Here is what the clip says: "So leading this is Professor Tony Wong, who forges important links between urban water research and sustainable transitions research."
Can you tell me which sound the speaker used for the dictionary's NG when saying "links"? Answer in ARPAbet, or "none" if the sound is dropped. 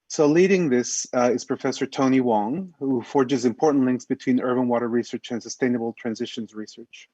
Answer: NG